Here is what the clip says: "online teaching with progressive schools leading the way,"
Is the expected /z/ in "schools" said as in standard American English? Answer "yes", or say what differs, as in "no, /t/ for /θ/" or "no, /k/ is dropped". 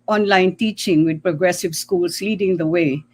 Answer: no, /s/ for /z/